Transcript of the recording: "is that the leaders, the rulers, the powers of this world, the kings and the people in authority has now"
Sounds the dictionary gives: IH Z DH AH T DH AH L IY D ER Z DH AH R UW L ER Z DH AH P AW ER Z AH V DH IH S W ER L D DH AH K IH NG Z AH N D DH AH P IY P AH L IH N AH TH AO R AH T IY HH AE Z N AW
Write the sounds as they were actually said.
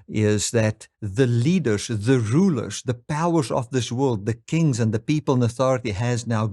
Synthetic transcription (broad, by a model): IH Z DH AH T DH AH L IY D ER Z DH AH R UW L ER Z DH AH P AW ER Z AH V DH IH S W ER L D DH AH K IH NG Z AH N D DH AH P IY P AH L IH N AH TH AO R AH T IY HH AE Z N AW